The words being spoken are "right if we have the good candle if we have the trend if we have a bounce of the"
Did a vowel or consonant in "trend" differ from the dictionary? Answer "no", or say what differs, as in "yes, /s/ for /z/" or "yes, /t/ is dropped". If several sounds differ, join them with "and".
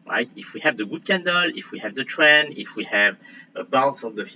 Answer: yes, /d/ is dropped